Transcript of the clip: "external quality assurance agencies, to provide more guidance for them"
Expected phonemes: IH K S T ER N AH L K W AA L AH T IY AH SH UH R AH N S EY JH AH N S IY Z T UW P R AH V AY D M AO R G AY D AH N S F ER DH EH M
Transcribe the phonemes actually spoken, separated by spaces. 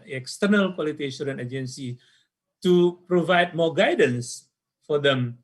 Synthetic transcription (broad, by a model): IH K S T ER N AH L K W AA L AH T IY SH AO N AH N EY JH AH N S IY T UW P R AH V AY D M AO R G AY D AH N S F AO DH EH M